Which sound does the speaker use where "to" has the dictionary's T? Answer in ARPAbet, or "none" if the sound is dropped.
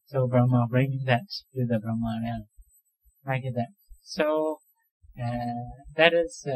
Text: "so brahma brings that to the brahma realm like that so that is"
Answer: S